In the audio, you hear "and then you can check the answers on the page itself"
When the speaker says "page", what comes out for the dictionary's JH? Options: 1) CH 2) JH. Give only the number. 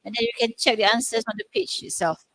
1